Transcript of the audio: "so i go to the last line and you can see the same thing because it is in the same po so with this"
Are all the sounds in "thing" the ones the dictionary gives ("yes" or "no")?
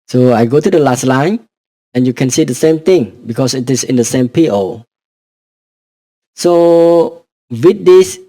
no